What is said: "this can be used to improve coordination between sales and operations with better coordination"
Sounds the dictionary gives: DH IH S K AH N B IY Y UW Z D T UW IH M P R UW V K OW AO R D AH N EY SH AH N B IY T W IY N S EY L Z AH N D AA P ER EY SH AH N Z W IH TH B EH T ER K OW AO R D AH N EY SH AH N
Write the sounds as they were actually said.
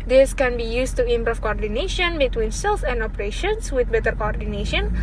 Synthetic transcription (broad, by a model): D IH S K AH N B IY Y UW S T UW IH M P R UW F K OW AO R D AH N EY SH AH N B IY T W IY N S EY L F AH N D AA P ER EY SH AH N S W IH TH B EH T ER K OW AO R D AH N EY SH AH N